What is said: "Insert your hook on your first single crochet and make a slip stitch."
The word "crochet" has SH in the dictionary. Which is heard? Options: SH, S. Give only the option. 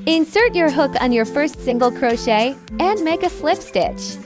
SH